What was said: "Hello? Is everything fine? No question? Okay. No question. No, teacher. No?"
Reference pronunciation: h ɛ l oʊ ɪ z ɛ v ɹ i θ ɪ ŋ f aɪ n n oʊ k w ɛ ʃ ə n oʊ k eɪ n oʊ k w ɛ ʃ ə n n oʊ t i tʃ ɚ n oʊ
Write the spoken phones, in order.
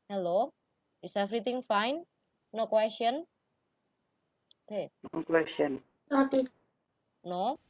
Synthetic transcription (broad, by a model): h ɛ l oʊ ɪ s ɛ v ɹ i t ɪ ŋ f aɪ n n oʊ k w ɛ s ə n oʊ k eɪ n oʊ k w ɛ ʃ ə n n oʊ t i n oʊ